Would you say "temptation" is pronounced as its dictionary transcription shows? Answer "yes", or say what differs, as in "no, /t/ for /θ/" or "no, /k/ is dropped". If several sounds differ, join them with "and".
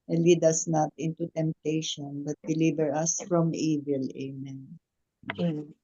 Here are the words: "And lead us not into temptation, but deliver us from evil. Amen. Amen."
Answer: yes